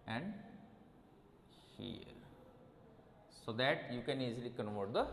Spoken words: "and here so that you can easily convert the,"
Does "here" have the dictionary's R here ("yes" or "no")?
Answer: yes